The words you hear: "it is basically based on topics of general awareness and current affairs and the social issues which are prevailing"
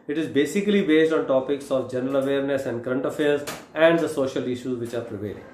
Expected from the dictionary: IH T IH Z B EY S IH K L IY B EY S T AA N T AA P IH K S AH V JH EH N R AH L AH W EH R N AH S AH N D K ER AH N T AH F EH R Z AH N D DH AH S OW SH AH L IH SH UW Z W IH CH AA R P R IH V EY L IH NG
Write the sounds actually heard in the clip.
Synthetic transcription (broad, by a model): IH T IH Z B EY S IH K L IY B EY S T AA N T AA P IH K S AH V JH EH N R AH L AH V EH R N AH S AH N D K ER AH N T AH F EH R Z AH N D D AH S OW SH AH L IH SH UW Z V IH CH AA R P R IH V EY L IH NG